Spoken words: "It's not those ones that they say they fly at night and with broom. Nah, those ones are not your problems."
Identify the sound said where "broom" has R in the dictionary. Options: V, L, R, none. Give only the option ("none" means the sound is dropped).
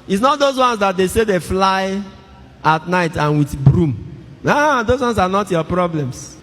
R